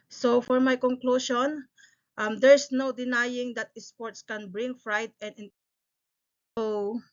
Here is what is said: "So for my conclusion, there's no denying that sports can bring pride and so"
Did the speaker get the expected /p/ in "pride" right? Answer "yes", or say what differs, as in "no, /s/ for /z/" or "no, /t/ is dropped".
no, /f/ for /p/